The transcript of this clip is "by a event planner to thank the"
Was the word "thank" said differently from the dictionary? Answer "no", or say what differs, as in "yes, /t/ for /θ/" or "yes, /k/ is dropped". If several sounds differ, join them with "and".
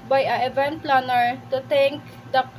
yes, /t/ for /θ/